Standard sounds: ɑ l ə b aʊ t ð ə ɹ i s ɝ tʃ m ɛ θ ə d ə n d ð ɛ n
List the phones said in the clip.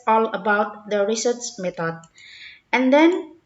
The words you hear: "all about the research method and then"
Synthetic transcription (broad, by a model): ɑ l ə b aʊ t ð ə ɹ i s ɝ s m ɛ t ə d ə n d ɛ n